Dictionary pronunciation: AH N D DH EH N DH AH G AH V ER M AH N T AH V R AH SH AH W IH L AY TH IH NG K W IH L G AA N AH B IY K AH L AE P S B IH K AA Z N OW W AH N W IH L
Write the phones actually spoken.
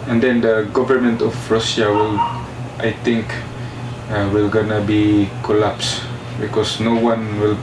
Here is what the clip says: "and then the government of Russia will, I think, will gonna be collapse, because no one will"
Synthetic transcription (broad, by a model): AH N D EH N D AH G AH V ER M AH N T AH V R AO S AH W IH L AY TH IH NG K W IH L G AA N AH B IY K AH L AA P S B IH K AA S N OW W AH N W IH L